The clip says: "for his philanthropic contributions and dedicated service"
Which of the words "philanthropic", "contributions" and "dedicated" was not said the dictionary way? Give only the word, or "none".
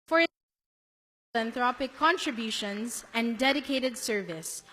philanthropic